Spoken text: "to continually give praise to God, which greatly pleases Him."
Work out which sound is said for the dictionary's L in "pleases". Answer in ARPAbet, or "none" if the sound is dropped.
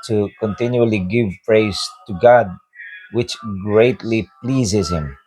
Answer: L